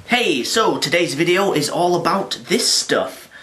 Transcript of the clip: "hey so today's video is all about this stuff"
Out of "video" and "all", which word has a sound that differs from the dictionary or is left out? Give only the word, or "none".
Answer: none